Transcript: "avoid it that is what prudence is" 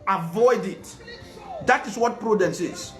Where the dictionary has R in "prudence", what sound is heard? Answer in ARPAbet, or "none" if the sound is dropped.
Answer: R